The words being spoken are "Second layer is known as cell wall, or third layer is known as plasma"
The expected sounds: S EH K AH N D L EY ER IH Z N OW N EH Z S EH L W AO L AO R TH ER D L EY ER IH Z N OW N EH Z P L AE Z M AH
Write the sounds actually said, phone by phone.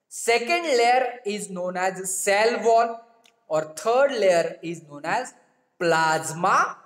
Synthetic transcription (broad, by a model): S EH K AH N D L EY ER IH Z N OW N EH Z S EH L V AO N AO R T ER D L EY ER IH Z N OW N EH Z P L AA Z M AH